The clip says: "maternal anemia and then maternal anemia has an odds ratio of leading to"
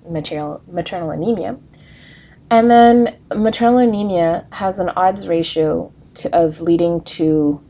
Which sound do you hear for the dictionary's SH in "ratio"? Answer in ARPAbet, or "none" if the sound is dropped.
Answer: SH